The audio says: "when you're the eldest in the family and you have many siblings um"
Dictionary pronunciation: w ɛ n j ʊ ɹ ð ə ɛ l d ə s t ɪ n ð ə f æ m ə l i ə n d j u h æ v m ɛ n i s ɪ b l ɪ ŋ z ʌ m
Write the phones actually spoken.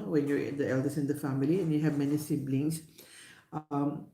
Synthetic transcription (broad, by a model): w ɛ n j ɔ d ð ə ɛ l d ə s ɪ n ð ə f æ m ə l i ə n j u h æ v m ɛ n i s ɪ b l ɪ ŋ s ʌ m